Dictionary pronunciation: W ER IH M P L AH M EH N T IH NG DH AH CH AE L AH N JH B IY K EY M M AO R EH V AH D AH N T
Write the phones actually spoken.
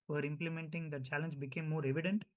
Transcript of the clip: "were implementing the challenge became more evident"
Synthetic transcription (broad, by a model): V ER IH M P L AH M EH N T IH NG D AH CH AE L AH N JH B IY K EY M M AO R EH V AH D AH N T